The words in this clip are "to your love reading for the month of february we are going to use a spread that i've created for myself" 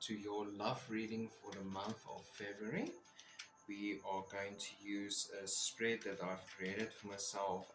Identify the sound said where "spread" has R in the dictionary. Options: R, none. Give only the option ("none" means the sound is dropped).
R